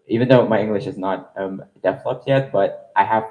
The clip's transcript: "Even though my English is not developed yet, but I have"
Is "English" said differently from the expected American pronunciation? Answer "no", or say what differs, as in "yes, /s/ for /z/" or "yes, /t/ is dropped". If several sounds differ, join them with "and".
no